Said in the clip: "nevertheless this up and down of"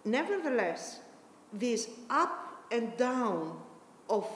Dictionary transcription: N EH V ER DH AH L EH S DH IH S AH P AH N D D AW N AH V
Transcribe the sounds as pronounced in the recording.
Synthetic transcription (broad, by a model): N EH V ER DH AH L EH S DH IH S AH P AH N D D AW N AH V